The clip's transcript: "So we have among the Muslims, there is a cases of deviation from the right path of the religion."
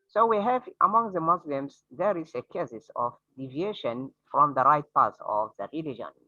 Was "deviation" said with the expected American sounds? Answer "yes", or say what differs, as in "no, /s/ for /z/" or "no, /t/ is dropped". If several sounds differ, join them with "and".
yes